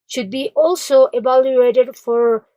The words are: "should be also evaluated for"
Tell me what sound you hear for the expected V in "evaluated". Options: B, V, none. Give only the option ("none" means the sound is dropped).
B